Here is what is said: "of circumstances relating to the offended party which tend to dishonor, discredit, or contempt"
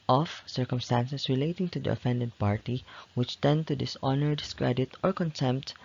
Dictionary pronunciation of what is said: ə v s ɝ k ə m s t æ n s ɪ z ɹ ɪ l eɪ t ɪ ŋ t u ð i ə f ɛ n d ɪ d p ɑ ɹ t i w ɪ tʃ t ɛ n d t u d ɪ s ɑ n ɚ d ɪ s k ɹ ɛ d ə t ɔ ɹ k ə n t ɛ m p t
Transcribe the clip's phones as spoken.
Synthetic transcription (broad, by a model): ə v s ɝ k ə m s t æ n s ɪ s ɹ ɪ l eɪ t ɪ ŋ t u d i ə f ɛ n d ɪ d p ɑ ɹ t i w ɪ tʃ t ɛ n d t u d ɪ s ɑ n ɚ d ɪ s k ɹ ɛ d ə t ɔ ɹ k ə n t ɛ m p t